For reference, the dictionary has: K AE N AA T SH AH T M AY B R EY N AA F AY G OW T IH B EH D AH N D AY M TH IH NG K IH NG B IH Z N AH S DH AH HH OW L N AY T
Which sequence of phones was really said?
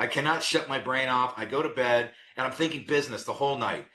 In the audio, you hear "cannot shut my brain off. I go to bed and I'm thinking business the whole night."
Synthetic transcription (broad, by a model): K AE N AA T SH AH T M AY B R EY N AA F AY G OW T IH B EH D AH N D AY M TH IH NG K IH NG B IH Z N AH S DH AH HH OW L N AY T